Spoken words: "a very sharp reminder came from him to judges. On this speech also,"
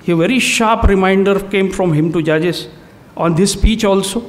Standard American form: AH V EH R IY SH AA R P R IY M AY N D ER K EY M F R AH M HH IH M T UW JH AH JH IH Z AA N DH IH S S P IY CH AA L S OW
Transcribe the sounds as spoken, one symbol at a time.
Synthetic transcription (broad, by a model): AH V EH R IY SH AA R P R IY M AY N D ER K EY M F R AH M HH IH M T UW JH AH JH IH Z AA N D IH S S P IY CH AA L S OW